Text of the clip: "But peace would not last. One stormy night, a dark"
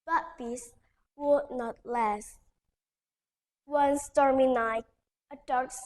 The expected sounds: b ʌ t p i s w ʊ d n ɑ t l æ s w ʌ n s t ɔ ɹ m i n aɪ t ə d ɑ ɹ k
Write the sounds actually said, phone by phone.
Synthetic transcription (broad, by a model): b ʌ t b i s w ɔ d n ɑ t l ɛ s w ʌ n s t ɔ ɹ m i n aɪ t ə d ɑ ɹ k